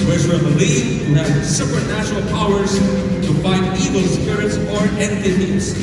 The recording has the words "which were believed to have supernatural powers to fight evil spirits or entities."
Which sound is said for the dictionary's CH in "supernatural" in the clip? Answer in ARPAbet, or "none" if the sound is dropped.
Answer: SH